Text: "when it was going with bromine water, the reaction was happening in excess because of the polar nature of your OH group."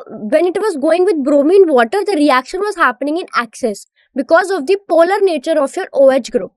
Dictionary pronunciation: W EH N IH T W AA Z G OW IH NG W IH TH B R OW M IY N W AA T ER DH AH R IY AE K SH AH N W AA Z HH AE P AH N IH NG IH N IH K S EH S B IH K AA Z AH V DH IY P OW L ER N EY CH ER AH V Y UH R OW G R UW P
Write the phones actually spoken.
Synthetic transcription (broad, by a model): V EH N IH T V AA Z G OW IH NG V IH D B R OW M IY N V AA T ER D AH R IY AE K SH AH N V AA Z HH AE P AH N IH NG IH N IH K S EH S B IH K AA Z AH V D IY P OW L ER N EY CH ER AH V Y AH R OW G R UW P